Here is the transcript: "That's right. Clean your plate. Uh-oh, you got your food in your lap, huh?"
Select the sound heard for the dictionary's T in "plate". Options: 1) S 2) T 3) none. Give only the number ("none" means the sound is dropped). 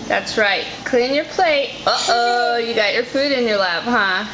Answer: 2